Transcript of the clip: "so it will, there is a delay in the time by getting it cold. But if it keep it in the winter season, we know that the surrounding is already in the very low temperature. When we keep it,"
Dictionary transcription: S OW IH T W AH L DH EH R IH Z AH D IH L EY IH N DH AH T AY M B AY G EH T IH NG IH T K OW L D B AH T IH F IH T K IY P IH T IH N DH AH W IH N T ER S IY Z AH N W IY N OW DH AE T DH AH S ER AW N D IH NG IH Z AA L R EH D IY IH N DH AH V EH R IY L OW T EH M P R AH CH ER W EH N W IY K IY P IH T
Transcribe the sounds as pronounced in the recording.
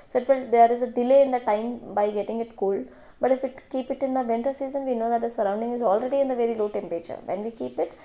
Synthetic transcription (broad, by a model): S OW IH T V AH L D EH R IH Z AH D IH L EY IH N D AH T AY M B AY G EH T IH NG IH T K OW L D B AH T IH F IH T K IY P IH T IH N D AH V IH N T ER S IY Z AH N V IY N OW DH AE T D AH S ER AW N D IH NG IH Z AA L R EH D IY IH N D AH V EH R IY L OW T EH M P R AH CH ER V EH N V IY K IY P IH T